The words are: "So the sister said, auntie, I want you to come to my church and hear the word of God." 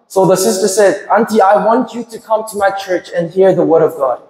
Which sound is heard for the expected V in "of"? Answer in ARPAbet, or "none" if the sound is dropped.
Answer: V